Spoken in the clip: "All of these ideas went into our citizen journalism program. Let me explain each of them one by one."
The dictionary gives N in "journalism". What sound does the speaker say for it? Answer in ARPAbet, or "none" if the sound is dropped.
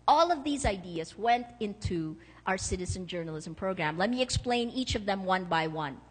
N